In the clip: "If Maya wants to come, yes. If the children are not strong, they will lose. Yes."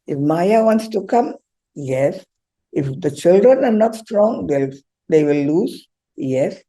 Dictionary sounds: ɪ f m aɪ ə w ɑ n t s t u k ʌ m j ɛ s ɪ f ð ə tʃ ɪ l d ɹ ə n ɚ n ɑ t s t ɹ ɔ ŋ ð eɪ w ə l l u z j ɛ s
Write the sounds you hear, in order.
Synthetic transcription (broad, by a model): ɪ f m aɪ ə w ɑ n t s t u k ʌ m j ɛ s ɪ f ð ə tʃ ɪ l d ɹ ə n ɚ n ɑ t s t ɹ ɔ ŋ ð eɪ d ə w l u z j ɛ s